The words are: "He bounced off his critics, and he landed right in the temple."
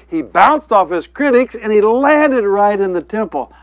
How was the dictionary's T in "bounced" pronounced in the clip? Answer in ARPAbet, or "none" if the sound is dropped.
T